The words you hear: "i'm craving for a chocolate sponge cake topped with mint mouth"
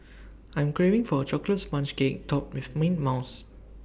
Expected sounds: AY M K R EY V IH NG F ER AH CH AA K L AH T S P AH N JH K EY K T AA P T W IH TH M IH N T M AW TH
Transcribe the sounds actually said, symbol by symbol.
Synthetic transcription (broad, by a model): AY M K R EY V IH NG F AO AH CH AA K L AH T S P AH N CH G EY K T AA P W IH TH M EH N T M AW S